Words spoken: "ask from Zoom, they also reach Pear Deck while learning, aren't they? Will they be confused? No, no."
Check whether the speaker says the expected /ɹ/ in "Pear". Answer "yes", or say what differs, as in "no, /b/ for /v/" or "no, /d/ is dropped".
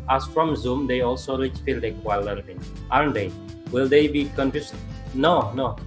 no, /l/ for /ɹ/